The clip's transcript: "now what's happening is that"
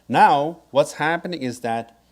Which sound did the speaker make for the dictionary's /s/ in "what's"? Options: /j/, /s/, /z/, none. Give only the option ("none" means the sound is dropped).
/s/